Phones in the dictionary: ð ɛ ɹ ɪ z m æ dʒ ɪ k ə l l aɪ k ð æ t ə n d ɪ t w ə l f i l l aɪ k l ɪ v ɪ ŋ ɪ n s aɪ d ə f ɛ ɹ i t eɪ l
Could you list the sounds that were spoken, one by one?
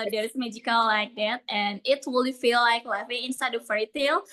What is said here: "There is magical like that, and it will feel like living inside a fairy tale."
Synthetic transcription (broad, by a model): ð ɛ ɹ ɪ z m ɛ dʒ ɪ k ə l l aɪ k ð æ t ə n ɪ t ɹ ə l f i l l aɪ k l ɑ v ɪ ɪ n s aɪ d ə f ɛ i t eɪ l